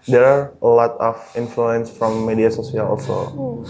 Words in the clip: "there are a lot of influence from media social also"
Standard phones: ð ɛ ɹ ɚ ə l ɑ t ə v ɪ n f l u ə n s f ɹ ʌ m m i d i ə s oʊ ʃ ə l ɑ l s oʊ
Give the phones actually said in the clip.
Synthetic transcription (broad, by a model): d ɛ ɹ ə l ɑ t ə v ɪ n f l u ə n s f ɹ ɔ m m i d i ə s oʊ s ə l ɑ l s oʊ